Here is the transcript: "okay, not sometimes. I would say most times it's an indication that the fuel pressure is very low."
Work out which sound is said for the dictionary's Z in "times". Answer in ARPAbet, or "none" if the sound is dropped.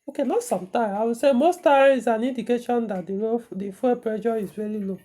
none